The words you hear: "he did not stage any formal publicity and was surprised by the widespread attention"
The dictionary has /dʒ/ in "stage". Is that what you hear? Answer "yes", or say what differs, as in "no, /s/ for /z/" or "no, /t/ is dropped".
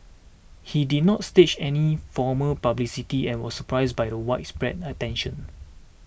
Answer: no, /tʃ/ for /dʒ/